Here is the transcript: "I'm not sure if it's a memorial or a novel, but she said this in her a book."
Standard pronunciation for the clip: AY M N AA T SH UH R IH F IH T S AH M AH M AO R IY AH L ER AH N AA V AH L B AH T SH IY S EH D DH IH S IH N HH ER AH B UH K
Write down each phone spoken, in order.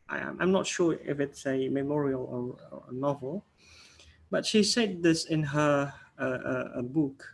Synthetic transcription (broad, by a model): AY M N AA T SH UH IH F IH T S AH M AH M AO R IY AH L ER AH N AA V AH L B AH T SH IY S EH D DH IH S IH N HH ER AH B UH K